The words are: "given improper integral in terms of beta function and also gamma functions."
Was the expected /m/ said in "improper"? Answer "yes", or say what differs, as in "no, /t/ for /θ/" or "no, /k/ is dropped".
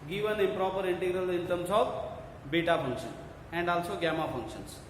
no, /m/ is dropped